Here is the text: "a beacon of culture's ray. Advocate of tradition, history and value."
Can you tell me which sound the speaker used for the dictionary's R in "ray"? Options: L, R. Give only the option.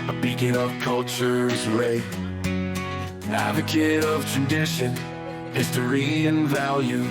L